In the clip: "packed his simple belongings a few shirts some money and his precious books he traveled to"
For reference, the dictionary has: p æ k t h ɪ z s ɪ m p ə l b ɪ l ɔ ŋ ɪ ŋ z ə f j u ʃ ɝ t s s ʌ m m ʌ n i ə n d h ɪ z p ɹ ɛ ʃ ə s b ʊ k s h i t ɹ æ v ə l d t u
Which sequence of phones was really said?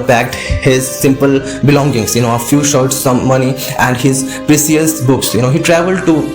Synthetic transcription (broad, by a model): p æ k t h ɪ z s ɪ m p ə l b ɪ l ɔ ŋ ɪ ŋ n ə f j u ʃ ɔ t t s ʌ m m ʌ n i ə n d h ɪ z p ɹ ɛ s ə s b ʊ k s h i t ɹ æ v ə l d t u